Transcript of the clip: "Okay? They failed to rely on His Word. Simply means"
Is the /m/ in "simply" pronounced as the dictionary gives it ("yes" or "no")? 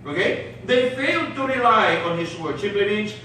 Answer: no